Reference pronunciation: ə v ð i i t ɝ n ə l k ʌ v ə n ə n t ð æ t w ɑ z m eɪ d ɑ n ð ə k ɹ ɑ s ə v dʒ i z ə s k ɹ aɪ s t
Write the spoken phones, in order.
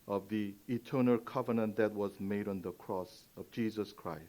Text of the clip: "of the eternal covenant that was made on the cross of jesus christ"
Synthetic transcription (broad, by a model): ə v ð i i t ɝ n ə l k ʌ v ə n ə n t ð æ t w ɑ z m eɪ d ɑ n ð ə k ɹ ɑ s ə v dʒ i z ə s k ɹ aɪ s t